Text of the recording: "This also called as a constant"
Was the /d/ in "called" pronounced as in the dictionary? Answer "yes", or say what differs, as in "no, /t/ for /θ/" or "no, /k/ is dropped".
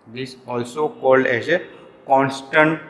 yes